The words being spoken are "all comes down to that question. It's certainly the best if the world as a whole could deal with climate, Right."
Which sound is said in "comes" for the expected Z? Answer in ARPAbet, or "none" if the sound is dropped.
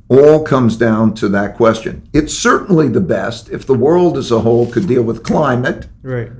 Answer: Z